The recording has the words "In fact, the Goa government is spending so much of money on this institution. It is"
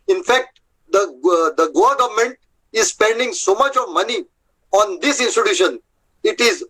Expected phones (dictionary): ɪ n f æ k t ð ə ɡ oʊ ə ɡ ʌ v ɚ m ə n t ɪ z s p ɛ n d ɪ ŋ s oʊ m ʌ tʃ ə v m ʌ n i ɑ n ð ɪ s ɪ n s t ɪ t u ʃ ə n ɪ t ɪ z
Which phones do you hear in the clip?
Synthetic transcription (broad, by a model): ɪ n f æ k t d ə ɡ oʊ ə ɡ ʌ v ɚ m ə n t ɪ z s p ɛ n d ɪ ŋ s oʊ m ʌ tʃ ə v m ʌ n i ɑ n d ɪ s ɪ n s t ɪ t u ʃ ə n ɪ t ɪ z